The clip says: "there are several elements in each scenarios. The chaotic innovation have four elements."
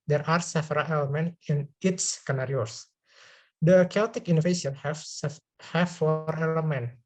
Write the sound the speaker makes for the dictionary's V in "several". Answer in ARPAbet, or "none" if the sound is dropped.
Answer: F